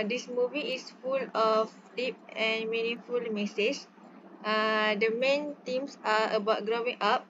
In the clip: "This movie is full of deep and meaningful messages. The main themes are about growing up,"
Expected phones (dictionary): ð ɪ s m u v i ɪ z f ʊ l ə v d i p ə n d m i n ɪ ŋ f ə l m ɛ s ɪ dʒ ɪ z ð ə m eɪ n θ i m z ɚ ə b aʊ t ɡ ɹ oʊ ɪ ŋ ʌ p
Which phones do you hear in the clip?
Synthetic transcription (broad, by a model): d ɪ s m u v i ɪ s f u l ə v d i p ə n m i n ɪ ŋ f ə l m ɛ s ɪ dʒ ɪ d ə m eɪ n t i m s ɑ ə b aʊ t ɡ ɹ oʊ ɪ ŋ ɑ p